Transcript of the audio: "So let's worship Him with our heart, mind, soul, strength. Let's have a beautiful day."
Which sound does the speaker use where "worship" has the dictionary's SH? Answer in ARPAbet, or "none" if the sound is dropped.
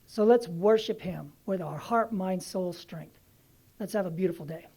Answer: SH